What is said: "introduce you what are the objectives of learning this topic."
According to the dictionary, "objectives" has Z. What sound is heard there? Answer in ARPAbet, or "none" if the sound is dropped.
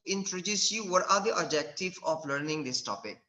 none